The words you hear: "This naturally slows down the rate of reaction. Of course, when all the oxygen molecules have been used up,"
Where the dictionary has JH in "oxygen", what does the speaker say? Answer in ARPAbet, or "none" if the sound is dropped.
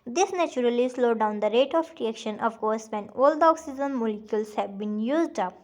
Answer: Z